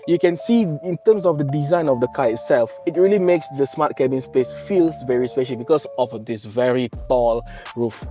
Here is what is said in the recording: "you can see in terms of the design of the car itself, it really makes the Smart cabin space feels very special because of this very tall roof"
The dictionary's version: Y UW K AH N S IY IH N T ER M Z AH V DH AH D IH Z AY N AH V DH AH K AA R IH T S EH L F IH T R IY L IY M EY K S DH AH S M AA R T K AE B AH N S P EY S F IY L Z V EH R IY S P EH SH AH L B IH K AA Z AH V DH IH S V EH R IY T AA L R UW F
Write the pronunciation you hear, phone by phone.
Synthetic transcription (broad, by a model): Y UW K AH N S IY IH N T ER M S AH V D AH D IH Z AY N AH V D AH K AA IH T S EH L F IH T R IY L IY M EY K S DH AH S M AA T K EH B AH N S P EY S F IY L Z V EH R IY S P EH SH AH L B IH K AA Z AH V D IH S V EH R IY T AA L R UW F